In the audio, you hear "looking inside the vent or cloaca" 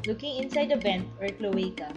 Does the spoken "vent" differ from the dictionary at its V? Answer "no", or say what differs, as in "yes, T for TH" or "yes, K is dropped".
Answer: yes, B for V